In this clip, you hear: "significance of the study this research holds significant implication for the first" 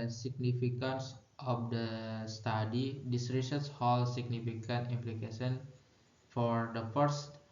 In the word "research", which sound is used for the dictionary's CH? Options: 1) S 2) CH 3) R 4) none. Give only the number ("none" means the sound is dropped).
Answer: 1